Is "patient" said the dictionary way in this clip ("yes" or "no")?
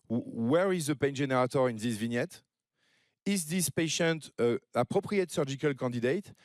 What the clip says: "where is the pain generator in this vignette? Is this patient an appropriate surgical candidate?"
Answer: yes